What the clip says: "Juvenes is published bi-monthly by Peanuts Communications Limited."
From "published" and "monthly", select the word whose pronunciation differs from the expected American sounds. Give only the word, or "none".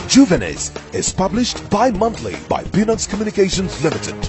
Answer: monthly